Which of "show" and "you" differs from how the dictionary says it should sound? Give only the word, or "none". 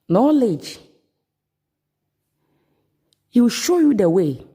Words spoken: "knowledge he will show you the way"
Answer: none